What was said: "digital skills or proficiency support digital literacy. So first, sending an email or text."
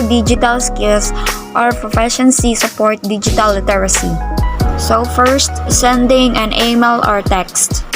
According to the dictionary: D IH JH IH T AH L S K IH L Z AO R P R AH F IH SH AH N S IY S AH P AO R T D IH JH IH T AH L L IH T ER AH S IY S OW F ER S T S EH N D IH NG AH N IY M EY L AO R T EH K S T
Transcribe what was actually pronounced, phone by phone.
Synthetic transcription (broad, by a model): D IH JH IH T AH L S K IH L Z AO R P R AH F IH SH AH N S IY S AH P AO R T D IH JH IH T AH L L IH T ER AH S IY S OW F ER S T S EH N D IH NG AH N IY M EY L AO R T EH K S T